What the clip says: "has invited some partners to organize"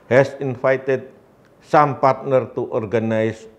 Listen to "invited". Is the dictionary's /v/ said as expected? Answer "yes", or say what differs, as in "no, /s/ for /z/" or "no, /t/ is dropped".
no, /f/ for /v/